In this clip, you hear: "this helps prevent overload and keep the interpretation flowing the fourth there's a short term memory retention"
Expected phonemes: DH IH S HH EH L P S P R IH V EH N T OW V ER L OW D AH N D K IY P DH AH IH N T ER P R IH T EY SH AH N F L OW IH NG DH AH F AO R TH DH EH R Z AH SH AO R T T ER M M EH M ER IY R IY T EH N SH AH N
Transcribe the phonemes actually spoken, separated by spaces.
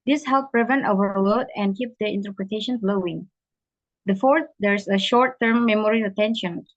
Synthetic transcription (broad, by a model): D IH S HH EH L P P R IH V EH N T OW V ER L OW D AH N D K IY P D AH IH N T ER P R IH T EY SH AH N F L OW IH NG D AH F AO R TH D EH R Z AH SH AO R T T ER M M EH M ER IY R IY T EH N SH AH N